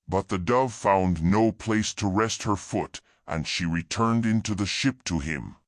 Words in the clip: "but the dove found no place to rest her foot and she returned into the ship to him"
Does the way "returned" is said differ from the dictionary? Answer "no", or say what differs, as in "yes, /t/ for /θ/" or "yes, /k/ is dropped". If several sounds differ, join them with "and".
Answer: no